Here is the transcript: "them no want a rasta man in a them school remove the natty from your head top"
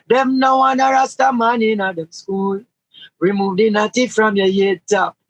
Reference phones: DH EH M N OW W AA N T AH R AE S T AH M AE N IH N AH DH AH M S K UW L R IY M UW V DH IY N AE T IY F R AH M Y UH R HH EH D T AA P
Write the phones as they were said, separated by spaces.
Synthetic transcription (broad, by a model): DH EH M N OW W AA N AH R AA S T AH M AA N IH N AH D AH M S K UW L R IY M UW V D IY N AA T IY F R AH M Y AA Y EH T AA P